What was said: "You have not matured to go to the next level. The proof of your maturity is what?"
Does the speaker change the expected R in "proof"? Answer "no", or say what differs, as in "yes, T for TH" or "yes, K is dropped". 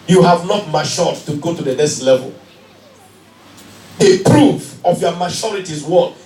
no